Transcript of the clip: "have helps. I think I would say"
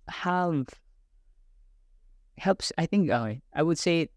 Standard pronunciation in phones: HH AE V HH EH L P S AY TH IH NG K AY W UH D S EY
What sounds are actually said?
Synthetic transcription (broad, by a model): HH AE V HH EH L P S AY TH IH NG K AY W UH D S EY